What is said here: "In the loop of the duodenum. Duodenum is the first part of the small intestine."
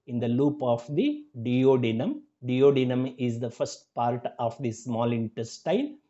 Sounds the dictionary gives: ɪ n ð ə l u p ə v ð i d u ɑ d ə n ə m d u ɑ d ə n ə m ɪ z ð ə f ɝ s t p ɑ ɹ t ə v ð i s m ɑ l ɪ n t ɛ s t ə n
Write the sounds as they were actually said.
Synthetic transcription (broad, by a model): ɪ n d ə l u p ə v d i d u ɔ d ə n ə m d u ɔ d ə n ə m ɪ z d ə f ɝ s t p ɑ ɹ t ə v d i s m ɑ l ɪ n t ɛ s t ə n